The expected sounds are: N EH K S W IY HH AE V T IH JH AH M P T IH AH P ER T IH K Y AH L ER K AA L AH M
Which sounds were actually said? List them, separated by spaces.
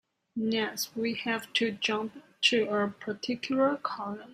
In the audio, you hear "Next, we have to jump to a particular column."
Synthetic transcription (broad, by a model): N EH S W IY HH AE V T IH JH AH M P T IH AH P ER T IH K Y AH L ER K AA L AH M